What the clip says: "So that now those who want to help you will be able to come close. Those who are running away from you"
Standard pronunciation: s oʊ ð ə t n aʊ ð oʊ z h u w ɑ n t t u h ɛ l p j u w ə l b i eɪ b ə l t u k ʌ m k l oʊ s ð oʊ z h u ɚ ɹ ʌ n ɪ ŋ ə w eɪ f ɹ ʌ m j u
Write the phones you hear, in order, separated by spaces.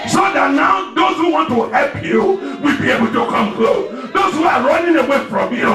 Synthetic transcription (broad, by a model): s oʊ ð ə t n aʊ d oʊ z h u w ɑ n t t u h ɛ l p j u w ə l b i eɪ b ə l t u k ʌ m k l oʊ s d oʊ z h u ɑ ɹ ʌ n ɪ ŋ ə w eɪ f ɹ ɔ m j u